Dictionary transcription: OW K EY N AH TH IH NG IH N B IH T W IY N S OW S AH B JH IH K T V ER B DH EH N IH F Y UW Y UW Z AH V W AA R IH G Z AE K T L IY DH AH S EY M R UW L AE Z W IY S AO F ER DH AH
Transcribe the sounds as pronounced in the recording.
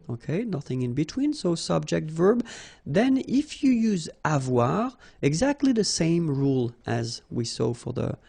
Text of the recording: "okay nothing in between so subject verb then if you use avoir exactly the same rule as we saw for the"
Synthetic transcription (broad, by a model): OW K EY N AH TH IH NG IH N B IH T W IY N S OW S AH B JH IH K T V ER B DH EH N IH F Y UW Y UW Z AH V W AA R IH G Z AE K T L IY DH AH S EY M R UW L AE Z W IY S AO F ER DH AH